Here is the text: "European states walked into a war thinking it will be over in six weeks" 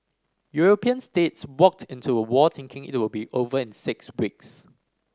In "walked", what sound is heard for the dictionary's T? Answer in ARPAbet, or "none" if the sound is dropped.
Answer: T